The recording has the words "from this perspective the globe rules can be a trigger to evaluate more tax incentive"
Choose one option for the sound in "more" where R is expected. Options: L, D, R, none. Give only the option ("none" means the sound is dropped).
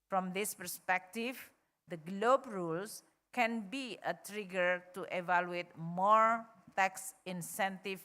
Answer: R